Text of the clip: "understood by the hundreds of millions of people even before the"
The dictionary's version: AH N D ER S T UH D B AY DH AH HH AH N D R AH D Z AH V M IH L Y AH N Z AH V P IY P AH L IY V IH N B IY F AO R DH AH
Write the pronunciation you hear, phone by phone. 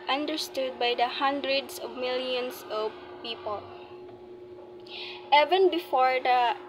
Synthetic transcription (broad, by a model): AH N D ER S T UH D B AY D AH HH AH N D R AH D S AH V M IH L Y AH N S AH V P IY P AH L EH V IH N B IY F AO R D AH